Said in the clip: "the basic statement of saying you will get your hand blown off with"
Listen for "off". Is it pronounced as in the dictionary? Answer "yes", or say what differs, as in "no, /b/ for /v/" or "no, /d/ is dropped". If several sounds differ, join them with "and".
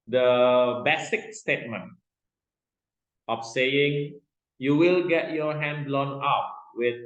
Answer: no, /p/ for /f/